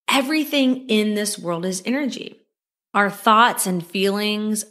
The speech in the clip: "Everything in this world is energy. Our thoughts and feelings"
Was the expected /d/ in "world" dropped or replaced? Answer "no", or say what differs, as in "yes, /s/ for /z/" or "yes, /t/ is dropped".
no